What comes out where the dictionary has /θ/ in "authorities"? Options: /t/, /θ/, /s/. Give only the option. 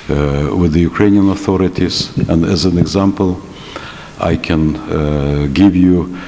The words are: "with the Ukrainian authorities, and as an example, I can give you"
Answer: /θ/